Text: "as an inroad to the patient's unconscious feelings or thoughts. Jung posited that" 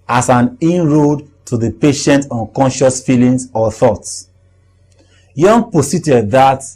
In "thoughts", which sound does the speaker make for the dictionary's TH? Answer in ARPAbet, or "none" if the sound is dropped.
TH